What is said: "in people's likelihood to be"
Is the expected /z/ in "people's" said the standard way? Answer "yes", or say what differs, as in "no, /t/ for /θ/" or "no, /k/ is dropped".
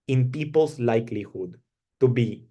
no, /s/ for /z/